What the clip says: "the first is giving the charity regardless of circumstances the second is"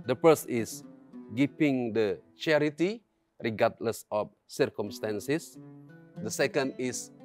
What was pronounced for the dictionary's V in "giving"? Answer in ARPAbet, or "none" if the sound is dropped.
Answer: P